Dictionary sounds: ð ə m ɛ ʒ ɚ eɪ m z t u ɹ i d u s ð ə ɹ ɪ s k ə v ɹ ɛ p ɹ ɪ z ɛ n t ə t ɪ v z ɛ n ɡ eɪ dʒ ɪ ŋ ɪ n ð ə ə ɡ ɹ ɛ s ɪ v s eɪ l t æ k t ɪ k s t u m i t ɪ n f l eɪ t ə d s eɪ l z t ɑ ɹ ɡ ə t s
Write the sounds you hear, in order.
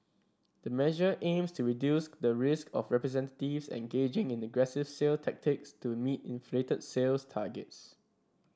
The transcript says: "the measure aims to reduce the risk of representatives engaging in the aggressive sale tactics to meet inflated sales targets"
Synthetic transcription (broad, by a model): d ə m ɛ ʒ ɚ eɪ m s t u ɹ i d u s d ə ɹ ɪ s k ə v ɹ ɛ p ɹ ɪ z ɛ n t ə t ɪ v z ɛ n ɡ eɪ dʒ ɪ ŋ ɪ n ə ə ɡ ɹ ɛ s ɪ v s eɪ l t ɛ k t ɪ k s t u m i t ɪ n f l eɪ t ə d s eɪ l s t ɑ ɡ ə t s